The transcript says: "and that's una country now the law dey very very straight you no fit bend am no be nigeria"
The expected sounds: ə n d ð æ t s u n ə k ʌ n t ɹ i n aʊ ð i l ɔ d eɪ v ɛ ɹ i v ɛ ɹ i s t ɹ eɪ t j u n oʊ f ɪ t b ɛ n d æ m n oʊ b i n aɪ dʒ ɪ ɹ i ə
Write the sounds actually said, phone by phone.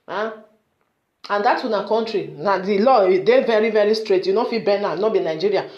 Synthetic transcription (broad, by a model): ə n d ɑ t u n ə k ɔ n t ɹ i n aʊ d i l ɔ d eɪ v ɛ ɹ i v ɛ ɹ i s t ɹ eɪ t j u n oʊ f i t b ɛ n ɑ n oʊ b i n aɪ dʒ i ɹ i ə